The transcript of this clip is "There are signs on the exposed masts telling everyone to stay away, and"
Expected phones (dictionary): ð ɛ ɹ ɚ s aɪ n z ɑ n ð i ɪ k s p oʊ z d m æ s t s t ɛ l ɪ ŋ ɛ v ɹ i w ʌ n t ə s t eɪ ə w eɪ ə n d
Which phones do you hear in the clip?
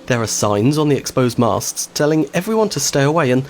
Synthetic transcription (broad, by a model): ð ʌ ɹ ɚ s aɪ n z n ð i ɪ k s p oʊ z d m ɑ s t s t ɛ l ɪ ŋ ɛ v ɹ i w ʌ n t ə s t eɪ ə w eɪ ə n